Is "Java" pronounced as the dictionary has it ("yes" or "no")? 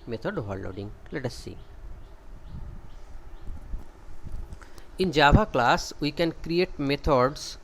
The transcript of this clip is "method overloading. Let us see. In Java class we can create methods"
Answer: no